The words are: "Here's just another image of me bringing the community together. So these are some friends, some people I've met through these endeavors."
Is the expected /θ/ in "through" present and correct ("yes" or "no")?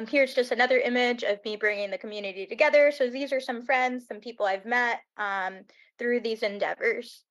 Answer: yes